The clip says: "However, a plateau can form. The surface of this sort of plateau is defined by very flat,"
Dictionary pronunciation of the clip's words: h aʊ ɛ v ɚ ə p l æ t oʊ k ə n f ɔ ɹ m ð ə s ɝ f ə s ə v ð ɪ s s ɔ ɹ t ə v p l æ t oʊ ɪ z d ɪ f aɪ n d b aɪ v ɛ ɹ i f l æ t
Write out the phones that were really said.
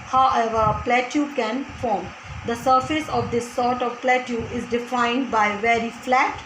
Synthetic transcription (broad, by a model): h aʊ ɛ v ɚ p l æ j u k ə n f ɔ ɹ m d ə s ɝ f ə s ə v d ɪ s s ɔ ɹ t ə v p l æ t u ɪ z d ɪ f aɪ n d b aɪ v ɛ ɹ i f l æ t